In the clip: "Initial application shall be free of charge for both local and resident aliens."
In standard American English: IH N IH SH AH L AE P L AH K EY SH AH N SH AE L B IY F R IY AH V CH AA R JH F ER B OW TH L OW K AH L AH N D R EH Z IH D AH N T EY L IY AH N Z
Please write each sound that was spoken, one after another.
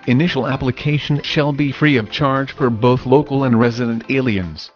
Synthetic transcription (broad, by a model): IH N IH SH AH L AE P L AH K EY SH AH N SH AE L B IY F R IY AH V CH AA R JH F ER B OW TH L OW K L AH N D R EH Z IH D AH N T EY L IY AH N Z